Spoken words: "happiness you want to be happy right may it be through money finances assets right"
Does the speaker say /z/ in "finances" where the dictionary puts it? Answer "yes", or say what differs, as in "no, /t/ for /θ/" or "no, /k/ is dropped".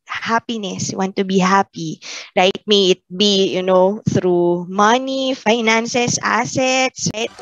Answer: no, /s/ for /z/